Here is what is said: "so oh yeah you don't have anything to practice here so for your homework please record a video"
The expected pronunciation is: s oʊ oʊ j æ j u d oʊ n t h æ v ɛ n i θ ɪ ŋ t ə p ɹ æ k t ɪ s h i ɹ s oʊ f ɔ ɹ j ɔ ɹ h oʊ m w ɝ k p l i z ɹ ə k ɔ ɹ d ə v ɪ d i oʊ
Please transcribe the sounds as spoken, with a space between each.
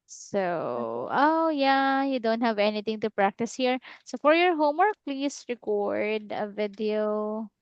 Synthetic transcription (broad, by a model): s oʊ oʊ j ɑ j u d oʊ n t h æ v ɛ n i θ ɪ ŋ t ə p ɹ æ k t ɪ s h i ɹ s oʊ f ɔ ɹ j ɔ ɹ h oʊ m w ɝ k p l i s ɹ ə k ɔ ɹ d ə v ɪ d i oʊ